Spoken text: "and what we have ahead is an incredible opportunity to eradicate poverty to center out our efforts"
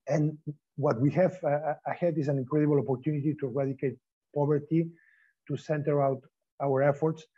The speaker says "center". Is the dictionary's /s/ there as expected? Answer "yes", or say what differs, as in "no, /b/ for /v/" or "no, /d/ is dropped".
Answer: yes